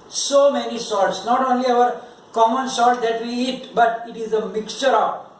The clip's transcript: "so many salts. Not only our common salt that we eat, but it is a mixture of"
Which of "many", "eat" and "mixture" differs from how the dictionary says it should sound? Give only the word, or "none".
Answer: none